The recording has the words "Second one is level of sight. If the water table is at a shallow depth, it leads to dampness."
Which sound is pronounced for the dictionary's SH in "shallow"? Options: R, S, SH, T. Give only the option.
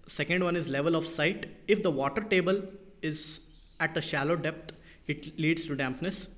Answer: SH